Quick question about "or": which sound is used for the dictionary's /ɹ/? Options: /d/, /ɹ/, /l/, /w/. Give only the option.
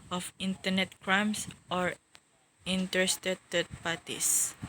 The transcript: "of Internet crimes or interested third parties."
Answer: /ɹ/